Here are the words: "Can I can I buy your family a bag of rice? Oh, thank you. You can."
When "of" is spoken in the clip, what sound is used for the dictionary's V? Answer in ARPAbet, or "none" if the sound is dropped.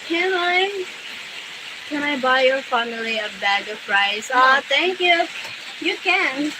P